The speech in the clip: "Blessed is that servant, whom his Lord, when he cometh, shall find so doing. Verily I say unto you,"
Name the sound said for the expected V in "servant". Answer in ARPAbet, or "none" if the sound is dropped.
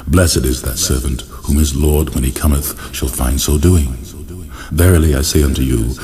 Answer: V